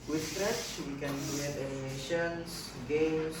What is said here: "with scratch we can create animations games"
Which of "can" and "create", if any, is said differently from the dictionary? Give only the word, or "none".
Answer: create